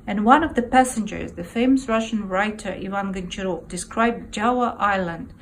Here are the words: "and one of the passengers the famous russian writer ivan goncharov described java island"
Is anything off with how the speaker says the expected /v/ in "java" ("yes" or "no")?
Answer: yes